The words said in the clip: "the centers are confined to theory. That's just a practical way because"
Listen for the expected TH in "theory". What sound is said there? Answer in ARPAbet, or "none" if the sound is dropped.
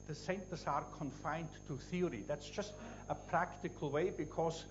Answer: TH